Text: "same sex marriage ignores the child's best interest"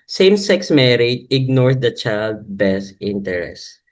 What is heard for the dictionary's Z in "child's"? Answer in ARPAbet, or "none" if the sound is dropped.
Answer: none